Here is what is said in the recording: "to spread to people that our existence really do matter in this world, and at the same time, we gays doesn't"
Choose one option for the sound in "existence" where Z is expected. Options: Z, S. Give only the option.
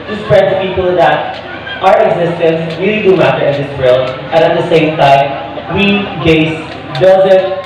Z